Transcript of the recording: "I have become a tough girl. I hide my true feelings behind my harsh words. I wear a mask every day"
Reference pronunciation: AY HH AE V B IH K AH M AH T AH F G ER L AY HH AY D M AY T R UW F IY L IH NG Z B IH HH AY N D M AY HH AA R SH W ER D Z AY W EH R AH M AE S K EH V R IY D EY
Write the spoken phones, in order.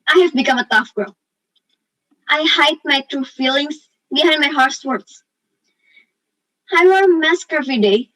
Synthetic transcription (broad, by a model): AY HH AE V B IH K AH M AH T AH F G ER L AY HH AY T M AY T R UW F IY L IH NG S B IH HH AY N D M AY HH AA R S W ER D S AY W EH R M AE S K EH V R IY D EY